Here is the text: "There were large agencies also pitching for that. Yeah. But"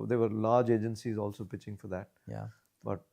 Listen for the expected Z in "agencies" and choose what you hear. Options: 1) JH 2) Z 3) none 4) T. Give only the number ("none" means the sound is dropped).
2